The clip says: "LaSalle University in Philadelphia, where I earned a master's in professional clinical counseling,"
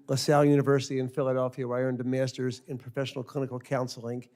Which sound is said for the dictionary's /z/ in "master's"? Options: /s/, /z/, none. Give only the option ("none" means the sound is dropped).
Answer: /z/